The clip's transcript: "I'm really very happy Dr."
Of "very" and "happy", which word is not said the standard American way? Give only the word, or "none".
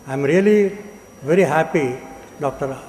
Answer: none